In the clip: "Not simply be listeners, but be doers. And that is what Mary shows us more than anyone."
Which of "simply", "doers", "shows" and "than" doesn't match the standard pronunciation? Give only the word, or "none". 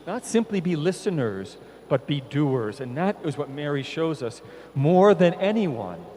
none